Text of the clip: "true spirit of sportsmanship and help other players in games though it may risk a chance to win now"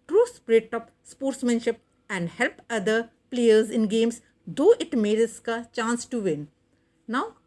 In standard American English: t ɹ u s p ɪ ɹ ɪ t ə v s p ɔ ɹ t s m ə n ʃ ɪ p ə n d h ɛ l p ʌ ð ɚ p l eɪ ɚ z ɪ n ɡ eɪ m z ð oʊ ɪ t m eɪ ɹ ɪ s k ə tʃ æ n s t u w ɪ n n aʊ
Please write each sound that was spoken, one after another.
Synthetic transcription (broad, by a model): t ɹ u s p ɹ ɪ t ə p s p ɔ ɹ t s m ə n ʃ ɪ p ə n d h ɛ l p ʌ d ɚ p l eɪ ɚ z ɪ n ɡ eɪ m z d oʊ ɪ t m eɪ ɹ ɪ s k ə tʃ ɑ n s t u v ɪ n n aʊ